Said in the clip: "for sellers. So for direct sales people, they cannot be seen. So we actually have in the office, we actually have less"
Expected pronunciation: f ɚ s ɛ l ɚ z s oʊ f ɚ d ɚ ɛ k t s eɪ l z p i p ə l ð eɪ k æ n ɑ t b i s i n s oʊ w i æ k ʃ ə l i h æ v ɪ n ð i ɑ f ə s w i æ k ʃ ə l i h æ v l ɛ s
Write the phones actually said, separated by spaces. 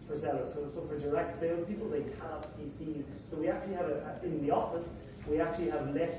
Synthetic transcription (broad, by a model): f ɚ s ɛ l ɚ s s oʊ f ɚ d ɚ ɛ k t s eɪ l p i p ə l ð eɪ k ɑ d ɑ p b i θ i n s oʊ w i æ k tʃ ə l i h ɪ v ɪ n ð i ɑ f ə s w i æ k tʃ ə l i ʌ v l ɛ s